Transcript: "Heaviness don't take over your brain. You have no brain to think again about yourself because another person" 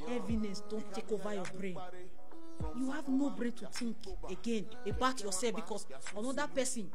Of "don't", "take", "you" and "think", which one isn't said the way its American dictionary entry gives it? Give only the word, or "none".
think